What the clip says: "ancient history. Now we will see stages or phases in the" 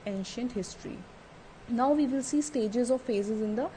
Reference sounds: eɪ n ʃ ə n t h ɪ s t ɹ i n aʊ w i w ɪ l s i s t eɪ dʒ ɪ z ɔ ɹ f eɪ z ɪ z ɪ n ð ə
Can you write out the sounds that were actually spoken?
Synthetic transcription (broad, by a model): eɪ n ʃ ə n t h ɪ s t ɹ i n aʊ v i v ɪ l s i s t eɪ dʒ ɪ z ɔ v f eɪ z ɪ z ɪ n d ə